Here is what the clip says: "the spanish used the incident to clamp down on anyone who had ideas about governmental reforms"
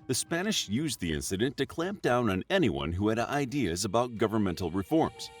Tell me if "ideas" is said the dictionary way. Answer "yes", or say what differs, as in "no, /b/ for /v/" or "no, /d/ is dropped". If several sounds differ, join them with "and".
yes